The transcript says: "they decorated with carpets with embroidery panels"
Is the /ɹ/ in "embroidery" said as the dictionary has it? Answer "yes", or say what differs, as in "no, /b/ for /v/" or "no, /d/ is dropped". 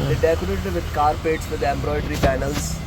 yes